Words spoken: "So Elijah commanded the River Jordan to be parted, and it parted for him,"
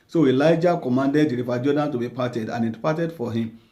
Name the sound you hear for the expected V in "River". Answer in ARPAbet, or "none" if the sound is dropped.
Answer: F